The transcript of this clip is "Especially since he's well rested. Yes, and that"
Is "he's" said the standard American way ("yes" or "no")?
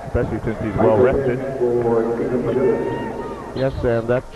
yes